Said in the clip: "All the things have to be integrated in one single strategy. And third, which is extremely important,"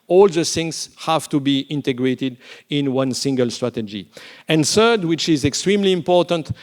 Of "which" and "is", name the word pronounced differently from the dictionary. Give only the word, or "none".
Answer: none